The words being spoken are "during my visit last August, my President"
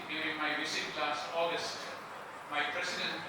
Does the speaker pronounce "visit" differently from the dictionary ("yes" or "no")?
yes